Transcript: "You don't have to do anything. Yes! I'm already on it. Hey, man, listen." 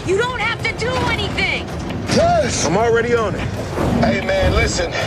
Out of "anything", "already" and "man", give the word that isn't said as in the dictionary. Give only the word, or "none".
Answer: none